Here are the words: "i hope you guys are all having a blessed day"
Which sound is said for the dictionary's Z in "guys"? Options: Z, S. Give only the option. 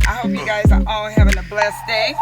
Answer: Z